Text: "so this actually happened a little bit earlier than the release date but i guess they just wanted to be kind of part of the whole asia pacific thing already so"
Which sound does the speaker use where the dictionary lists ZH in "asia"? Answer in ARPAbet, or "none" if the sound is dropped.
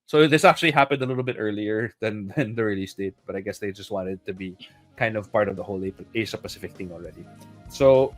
S